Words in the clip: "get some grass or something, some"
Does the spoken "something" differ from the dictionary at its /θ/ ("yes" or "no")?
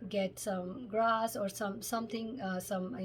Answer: yes